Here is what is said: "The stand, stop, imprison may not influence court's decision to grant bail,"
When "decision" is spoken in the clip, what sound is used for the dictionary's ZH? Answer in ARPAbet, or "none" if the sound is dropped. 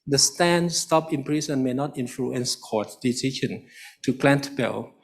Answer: SH